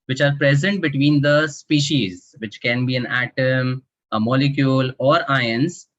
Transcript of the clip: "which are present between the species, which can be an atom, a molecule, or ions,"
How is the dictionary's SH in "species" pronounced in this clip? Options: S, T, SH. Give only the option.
SH